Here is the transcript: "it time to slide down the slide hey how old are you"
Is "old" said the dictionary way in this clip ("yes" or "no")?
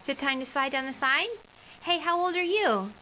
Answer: yes